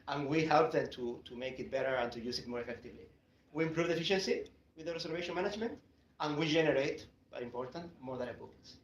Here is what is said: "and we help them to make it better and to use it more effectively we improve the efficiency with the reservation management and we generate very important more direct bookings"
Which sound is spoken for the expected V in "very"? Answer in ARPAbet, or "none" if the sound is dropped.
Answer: B